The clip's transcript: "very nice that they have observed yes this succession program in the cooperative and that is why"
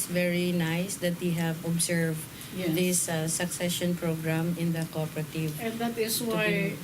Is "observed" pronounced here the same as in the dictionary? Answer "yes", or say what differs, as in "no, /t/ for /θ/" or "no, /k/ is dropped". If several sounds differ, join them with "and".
no, /s/ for /z/